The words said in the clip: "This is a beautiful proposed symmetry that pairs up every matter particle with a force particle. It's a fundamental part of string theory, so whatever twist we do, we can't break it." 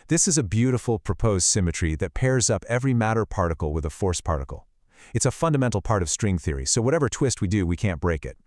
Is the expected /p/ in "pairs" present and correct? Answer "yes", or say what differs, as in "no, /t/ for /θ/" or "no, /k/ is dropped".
yes